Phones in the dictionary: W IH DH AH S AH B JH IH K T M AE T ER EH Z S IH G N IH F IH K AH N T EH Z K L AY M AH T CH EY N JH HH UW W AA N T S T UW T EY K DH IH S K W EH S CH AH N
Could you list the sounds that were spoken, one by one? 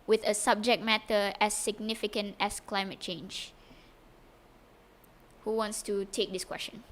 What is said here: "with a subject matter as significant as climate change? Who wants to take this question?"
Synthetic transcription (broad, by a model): W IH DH AH S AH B JH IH K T M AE T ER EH S IH G N IH F IH K AH N T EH S K L AY M AH T CH EY N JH HH UW W AA N T S T UW T EY K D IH S K W EH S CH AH N